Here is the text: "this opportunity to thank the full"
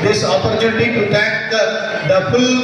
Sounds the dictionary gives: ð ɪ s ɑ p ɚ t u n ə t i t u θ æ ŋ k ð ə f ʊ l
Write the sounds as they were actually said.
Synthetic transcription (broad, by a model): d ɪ s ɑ p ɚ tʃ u n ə t i t u t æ k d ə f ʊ l